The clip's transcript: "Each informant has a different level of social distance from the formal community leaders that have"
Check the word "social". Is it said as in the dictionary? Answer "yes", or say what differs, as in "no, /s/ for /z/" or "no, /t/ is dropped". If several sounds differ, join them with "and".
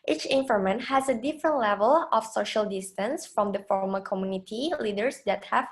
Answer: yes